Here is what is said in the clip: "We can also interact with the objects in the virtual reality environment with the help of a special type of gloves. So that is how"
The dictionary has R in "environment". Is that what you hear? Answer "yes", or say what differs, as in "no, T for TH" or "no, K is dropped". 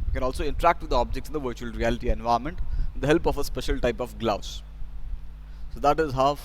no, R is dropped